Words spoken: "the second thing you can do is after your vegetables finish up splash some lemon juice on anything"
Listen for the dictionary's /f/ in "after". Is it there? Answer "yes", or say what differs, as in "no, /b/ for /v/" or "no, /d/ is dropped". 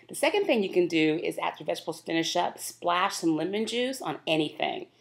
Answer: no, /f/ is dropped